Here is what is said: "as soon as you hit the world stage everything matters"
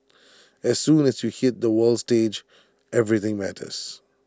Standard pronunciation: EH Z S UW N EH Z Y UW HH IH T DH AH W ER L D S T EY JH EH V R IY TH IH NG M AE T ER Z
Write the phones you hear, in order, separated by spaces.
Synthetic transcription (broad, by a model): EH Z S UW N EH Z Y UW HH IH T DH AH W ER L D S T EY JH EH V R IY TH IH NG M AE T ER Z